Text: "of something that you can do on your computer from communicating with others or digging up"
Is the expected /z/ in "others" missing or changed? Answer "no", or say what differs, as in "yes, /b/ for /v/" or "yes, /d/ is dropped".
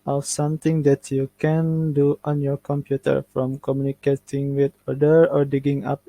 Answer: yes, /z/ is dropped